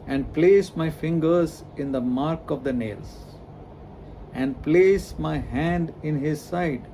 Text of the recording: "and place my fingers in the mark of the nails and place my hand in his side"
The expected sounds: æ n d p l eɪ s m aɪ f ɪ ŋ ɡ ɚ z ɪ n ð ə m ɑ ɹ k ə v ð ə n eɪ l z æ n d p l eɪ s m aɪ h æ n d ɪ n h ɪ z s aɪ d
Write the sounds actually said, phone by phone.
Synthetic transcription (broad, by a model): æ n d p l eɪ s m aɪ f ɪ ŋ ɡ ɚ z ɪ n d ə m ɑ ɹ k ə v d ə n eɪ l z æ n d p l eɪ s m aɪ h æ n d ɪ n h ɪ z s aɪ d